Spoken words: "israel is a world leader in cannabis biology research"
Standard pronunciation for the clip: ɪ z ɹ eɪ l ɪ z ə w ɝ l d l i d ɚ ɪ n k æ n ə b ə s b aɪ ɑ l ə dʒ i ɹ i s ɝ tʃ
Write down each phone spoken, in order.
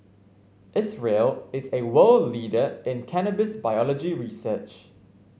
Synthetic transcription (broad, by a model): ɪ s ɹ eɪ l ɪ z ə w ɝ l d l i d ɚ ɪ n k æ n ə b ə s b aɪ ɑ l ə dʒ i ɹ i s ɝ tʃ